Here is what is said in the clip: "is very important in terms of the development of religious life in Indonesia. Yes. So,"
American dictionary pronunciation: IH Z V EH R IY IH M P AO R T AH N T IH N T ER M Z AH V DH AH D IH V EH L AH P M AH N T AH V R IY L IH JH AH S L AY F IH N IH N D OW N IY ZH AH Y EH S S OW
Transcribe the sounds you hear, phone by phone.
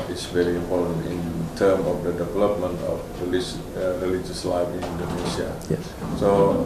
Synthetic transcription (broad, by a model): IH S V EH R IY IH M P AO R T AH N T IH N T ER M AH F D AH D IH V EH L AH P M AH N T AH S R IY L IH JH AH S L AY F IH N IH N D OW N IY S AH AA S S OW